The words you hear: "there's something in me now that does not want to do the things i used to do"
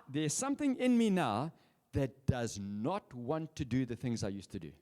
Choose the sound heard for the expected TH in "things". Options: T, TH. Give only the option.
TH